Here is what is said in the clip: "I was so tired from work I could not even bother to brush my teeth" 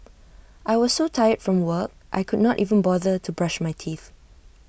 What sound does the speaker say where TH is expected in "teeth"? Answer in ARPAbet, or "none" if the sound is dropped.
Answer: TH